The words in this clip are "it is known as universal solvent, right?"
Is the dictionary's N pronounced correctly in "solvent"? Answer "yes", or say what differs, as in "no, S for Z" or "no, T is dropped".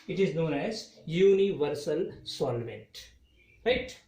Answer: yes